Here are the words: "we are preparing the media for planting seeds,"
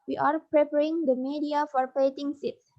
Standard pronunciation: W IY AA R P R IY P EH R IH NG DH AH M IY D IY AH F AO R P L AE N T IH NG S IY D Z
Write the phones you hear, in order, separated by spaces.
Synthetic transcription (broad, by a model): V IY AA R P R IY P EH R IH NG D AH M IY D IY AH F AO R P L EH T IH NG S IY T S